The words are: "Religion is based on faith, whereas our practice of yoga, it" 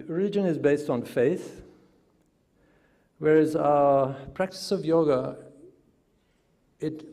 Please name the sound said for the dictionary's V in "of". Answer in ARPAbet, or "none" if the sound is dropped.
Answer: V